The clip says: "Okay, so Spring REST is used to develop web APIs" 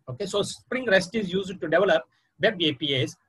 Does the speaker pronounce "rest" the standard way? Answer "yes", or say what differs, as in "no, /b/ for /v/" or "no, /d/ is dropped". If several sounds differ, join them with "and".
yes